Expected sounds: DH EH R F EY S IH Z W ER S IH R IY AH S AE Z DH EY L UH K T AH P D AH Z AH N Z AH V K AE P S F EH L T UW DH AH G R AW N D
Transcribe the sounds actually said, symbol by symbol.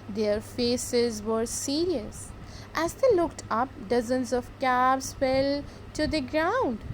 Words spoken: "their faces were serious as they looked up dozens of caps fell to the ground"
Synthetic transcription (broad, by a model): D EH R F EY S IH Z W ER S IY R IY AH S AE Z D EY L UH K T AH P D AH Z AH N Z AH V K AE B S F EH L T UW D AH G R AW N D